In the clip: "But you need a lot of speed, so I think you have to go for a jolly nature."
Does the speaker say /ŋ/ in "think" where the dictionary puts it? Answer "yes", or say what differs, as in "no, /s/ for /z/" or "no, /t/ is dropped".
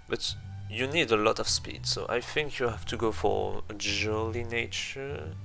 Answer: yes